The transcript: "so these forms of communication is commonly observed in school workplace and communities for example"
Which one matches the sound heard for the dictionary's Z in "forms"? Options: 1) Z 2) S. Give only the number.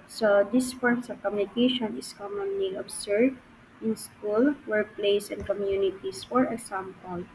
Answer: 2